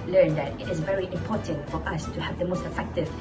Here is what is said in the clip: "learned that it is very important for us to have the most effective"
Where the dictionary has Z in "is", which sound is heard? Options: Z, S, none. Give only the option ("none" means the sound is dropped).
Z